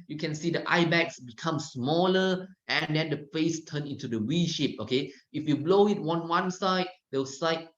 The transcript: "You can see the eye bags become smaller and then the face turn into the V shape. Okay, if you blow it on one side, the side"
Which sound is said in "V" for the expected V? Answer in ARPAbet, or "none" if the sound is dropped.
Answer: W